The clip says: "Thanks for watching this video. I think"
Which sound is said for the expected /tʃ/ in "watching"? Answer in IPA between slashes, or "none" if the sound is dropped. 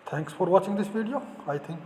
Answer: /tʃ/